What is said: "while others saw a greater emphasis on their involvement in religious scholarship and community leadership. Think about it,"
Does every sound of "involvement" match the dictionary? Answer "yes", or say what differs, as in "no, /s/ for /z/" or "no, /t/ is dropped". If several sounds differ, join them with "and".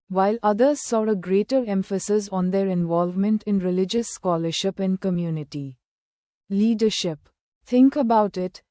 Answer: yes